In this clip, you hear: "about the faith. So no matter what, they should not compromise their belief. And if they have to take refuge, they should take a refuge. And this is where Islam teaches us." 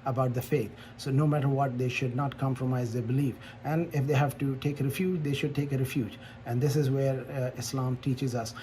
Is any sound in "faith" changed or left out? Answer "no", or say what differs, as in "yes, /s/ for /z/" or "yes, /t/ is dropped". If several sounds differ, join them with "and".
yes, /t/ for /θ/